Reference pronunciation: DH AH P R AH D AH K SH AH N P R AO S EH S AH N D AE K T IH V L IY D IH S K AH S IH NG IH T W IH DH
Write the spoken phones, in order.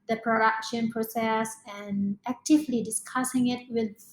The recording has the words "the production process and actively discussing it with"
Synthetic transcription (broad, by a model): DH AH P R AH D AH K SH AH N P R AO S EH S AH N AE K T IH V L IY D IH S K AH S IH NG IH T W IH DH